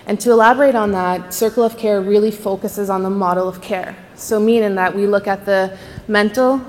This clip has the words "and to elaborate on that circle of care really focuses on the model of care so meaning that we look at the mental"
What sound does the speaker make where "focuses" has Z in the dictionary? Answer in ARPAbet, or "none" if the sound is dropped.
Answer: Z